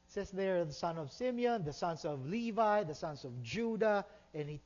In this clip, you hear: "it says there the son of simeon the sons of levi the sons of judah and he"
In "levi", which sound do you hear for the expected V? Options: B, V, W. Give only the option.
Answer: V